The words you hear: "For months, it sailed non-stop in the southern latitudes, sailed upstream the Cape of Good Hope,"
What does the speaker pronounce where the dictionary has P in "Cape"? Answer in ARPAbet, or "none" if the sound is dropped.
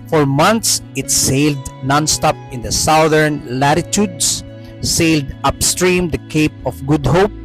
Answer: P